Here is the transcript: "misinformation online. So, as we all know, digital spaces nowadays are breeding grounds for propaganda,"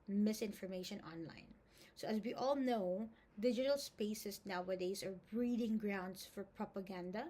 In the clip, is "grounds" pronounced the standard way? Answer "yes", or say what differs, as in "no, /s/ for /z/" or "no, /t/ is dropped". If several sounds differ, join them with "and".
no, /s/ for /z/